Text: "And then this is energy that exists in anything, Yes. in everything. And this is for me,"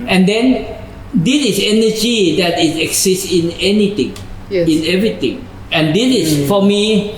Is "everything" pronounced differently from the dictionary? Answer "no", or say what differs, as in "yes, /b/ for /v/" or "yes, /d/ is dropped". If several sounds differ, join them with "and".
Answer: yes, /t/ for /θ/